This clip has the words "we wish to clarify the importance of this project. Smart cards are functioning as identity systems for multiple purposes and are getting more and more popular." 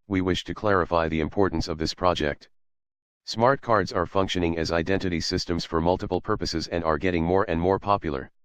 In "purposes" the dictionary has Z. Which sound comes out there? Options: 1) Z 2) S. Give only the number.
1